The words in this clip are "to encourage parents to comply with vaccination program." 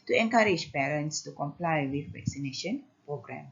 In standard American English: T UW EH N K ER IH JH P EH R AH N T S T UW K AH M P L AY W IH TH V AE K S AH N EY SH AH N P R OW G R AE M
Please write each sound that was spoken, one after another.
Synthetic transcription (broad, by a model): T UW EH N K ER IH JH P EH R AH N T S T UW K AH M P L AY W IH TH V AE K S AH N EY SH AH N P R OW G R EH M